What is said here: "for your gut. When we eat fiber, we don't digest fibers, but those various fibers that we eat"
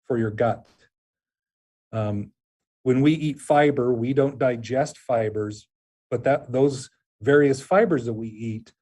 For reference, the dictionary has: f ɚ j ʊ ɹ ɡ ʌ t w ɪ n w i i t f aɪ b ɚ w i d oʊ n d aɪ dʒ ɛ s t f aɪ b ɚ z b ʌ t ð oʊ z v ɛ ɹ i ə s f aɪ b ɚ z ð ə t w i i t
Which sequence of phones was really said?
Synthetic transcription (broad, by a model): f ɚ j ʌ ɹ ɡ ʌ t w ɪ n w i i t f aɪ b ɚ w i d oʊ n d aɪ dʒ ɛ s t f aɪ b ɚ z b ʌ t ð oʊ z v ɛ ɹ i ə s f aɪ b ɚ z ð ə t w i i t